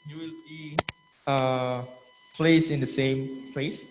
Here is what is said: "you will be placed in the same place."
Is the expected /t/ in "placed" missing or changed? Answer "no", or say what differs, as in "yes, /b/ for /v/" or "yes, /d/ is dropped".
yes, /t/ is dropped